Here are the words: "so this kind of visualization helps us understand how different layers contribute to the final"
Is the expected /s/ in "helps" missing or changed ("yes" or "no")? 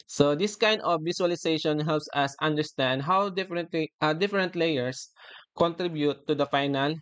no